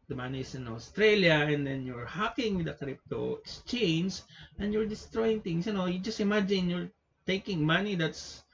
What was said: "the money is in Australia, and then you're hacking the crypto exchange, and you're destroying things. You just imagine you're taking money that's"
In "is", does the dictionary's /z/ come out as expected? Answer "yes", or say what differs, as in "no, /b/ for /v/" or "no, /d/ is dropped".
no, /s/ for /z/